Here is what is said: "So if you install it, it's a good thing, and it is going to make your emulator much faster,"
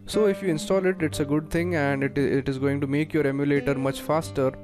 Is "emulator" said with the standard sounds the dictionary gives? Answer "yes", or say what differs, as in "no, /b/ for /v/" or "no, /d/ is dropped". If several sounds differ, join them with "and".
yes